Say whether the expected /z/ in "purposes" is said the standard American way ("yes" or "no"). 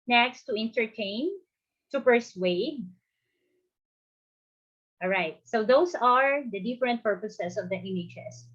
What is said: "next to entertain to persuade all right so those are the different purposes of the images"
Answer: no